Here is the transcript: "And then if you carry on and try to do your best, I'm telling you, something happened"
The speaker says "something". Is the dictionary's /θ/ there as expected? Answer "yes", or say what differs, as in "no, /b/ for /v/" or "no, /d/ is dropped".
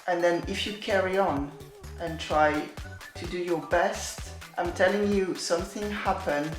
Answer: yes